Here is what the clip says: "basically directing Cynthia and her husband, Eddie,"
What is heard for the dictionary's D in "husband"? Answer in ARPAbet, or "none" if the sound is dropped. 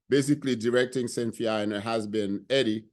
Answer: none